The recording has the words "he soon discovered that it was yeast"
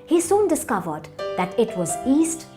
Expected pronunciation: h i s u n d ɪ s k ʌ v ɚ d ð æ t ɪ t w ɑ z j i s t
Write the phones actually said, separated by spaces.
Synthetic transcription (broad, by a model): h i s u n d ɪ s k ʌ v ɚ d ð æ t ɪ t w ɑ z i s t